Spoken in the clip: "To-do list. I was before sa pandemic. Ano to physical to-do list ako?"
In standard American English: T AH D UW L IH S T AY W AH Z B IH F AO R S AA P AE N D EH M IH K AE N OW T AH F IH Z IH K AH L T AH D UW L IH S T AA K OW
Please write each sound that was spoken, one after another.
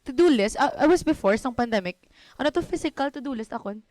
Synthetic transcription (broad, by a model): T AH D UW L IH S T AY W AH S B IH F AO R S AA P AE N D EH M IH K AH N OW T AH F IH S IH K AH L T AH D UW L IH S T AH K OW